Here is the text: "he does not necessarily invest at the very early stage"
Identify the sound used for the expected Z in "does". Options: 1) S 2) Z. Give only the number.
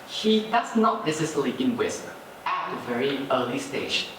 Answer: 1